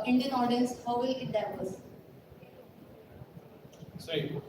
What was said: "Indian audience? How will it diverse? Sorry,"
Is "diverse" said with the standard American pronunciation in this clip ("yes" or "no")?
no